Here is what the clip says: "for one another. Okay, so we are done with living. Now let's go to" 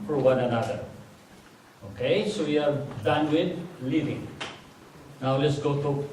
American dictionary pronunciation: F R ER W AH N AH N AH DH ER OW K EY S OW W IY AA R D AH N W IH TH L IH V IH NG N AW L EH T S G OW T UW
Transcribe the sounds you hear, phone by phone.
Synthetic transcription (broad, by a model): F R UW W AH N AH N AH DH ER OW K EY S OW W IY AA R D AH N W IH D L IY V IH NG N AW L EH T S G OW T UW